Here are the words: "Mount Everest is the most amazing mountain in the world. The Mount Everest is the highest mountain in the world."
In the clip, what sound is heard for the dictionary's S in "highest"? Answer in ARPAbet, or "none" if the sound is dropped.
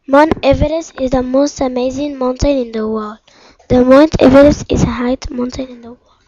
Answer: none